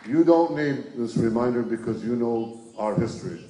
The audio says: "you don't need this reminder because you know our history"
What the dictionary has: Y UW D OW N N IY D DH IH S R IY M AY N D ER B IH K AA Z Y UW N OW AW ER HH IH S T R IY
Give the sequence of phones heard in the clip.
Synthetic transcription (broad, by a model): Y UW D OW N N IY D DH IH S R IY M AY N D ER B IH K AA Z Y UW N OW AW ER HH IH S T R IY